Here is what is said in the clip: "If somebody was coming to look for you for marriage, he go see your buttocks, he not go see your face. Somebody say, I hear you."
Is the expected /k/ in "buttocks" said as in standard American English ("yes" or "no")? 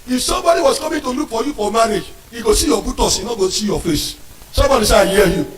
no